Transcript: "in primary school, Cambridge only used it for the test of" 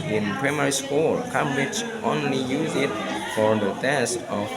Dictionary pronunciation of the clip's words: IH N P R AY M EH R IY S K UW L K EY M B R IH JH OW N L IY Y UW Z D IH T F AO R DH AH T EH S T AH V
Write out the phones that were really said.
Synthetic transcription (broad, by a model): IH N P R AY M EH R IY S K UW L K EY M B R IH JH OW N L IY Y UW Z IH T F AO R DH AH T EH S T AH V